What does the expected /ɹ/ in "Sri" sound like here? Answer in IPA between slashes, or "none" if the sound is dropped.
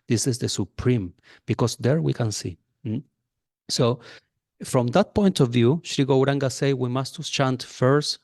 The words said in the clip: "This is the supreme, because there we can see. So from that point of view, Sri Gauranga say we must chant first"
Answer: /ɹ/